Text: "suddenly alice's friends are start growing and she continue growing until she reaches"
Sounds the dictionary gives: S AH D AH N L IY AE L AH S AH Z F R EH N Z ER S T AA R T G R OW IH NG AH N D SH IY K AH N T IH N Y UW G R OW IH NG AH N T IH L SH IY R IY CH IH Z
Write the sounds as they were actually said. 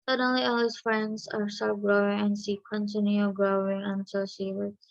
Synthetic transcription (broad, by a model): S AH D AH N L IY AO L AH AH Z F R EH N Z ER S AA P G R OW IH NG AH N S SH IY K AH N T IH N Y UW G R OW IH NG AH N T IH L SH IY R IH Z